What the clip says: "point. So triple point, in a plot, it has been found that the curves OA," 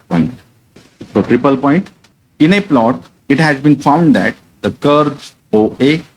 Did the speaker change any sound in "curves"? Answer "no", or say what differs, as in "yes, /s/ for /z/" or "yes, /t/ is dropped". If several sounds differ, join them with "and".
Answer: yes, /v/ is dropped